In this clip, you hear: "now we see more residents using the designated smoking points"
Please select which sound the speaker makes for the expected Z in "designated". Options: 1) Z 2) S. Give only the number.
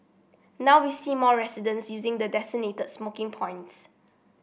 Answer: 2